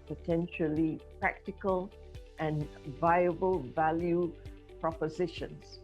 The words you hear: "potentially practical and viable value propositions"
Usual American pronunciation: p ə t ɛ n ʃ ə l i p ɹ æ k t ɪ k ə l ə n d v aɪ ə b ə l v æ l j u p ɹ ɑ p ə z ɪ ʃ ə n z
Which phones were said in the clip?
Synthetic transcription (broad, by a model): p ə t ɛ n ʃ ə l i p ɹ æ k t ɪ k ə l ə n v aɪ ə b ə l v æ l j u p ɹ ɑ p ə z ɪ ʃ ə n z